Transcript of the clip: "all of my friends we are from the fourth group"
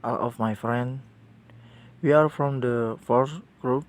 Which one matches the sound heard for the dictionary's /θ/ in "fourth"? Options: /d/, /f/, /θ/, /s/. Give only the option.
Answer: /s/